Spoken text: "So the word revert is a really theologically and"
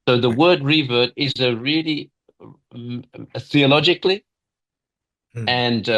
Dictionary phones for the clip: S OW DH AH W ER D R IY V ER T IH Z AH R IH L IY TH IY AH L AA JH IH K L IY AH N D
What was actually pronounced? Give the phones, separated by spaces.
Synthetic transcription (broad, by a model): S OW DH AH W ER D R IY V ER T IH Z AH R IH L IY TH IY AH L AA JH IH K L IY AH N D